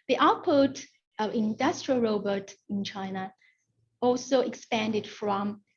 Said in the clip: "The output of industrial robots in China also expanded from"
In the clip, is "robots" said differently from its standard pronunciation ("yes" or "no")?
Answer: yes